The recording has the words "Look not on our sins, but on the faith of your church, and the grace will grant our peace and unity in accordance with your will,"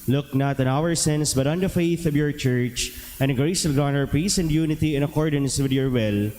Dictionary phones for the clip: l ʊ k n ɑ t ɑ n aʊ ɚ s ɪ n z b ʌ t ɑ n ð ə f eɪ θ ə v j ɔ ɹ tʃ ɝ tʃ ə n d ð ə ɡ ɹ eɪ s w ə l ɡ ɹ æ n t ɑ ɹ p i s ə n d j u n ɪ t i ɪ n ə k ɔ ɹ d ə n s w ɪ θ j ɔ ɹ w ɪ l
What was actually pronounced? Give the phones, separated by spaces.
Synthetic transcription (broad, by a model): l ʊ k n ɑ t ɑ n aʊ ɚ s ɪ n s b ʌ t ɑ n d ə f eɪ θ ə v j ɔ ɹ tʃ ɝ tʃ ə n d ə ɡ ɹ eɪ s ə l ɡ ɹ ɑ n ɑ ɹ p i s ə n d j u n ɪ t i ɪ n ə k ɔ ɹ d ə n s w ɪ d j ɔ ɹ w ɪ l